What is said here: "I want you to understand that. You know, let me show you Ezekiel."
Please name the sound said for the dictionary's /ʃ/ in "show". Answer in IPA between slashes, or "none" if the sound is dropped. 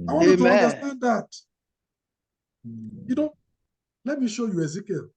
/ʃ/